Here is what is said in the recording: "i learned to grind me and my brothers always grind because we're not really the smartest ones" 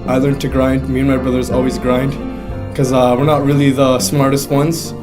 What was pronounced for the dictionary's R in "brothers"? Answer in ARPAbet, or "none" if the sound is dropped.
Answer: R